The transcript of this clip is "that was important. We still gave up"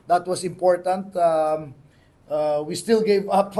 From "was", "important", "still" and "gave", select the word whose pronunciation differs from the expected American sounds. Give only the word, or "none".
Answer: was